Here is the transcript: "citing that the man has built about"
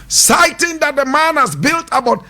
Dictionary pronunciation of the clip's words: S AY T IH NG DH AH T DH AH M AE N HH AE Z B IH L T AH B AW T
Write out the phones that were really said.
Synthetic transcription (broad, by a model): S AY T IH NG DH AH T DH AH M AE N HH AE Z B IH L T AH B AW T